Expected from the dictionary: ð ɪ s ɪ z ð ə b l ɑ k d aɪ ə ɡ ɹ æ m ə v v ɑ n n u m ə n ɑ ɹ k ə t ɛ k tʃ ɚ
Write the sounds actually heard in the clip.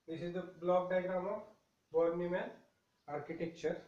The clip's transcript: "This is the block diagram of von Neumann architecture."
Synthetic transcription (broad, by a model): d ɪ s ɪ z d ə b l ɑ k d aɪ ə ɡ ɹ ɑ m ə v b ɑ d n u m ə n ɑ ɹ k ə t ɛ k tʃ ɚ